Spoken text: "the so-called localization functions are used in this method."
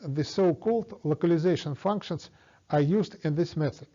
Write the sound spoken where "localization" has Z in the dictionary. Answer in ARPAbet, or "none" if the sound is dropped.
Z